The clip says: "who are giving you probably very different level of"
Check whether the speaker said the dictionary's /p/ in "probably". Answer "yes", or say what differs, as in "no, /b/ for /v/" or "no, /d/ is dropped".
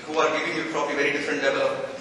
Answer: no, /f/ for /p/